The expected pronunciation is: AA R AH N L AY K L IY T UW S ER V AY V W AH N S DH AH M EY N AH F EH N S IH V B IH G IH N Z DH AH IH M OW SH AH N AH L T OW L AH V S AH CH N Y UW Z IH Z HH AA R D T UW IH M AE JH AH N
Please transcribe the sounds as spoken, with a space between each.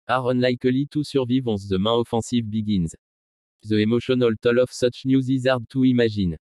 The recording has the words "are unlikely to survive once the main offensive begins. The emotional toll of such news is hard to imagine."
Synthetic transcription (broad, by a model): AA R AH N L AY K L IY T UW S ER V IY V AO S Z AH M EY AH F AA S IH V B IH G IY N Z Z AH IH M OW SH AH N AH L T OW L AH F S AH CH N Y UW Z IH Z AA R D T UW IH M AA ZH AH N